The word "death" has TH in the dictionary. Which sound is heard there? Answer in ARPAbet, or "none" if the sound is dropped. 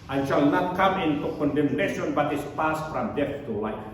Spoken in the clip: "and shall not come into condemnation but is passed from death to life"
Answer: F